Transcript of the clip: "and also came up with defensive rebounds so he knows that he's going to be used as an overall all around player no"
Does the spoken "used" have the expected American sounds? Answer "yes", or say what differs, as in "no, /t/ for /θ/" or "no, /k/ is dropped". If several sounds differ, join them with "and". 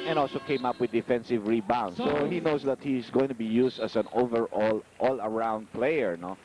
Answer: no, /s/ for /z/